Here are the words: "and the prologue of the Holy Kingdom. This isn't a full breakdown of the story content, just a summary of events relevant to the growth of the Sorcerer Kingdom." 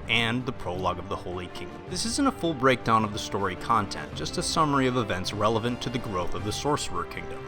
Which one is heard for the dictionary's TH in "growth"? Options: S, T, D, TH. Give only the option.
TH